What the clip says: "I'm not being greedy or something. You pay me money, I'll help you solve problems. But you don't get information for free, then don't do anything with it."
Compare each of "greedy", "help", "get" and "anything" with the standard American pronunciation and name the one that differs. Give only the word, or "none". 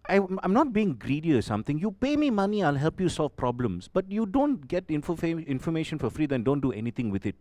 anything